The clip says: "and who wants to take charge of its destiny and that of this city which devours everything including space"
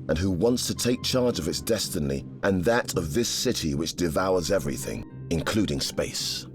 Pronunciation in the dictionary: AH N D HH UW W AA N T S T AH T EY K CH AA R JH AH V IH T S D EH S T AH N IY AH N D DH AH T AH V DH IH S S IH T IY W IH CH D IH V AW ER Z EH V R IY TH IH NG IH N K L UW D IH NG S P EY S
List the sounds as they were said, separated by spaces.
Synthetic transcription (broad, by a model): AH N HH UW W AA N T S T AH T EY K CH AA R JH AH V IH T S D EH S T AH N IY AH N DH AH T AH V DH IH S S IH T IY W IH CH D IH V AW ER Z EH V R IY TH IH NG IH N K L UW D IH NG S P EY S